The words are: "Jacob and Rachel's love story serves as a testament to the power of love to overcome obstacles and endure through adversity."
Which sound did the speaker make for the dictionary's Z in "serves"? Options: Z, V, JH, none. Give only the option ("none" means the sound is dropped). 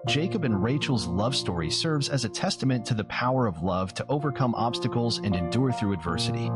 Z